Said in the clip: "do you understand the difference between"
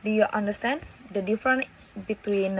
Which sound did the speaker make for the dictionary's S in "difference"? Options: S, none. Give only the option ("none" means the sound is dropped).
none